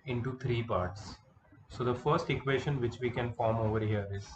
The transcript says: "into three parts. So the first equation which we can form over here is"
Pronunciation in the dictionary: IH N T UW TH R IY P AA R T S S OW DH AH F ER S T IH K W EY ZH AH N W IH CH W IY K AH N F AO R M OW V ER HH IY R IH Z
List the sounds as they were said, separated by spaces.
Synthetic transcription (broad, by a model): IH N T UW T R IY P AA R T S S OW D AH F ER S T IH K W EY SH AH N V IH CH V IY K AH N F AO R M OW V ER HH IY R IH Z